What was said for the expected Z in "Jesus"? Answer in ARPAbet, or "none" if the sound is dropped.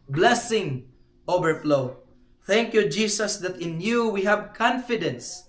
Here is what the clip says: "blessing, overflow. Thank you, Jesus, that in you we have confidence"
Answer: S